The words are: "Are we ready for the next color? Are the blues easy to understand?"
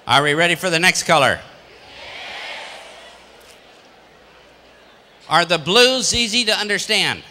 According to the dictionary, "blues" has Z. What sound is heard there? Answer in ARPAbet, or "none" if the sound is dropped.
Z